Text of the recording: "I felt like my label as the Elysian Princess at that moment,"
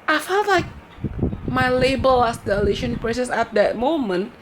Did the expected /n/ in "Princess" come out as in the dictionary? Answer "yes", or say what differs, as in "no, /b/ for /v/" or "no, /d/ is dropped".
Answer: no, /n/ is dropped